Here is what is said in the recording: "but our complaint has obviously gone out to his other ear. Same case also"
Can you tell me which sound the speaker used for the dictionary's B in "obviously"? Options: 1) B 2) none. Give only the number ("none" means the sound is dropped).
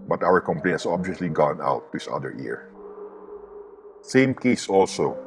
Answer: 1